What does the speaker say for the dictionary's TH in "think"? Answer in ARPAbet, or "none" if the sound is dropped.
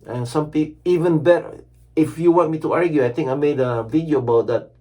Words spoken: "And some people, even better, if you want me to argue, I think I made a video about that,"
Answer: T